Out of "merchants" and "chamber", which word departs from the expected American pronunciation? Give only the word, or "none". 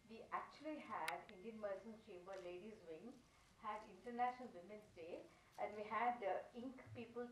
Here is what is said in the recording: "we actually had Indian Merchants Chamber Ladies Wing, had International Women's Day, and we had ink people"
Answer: merchants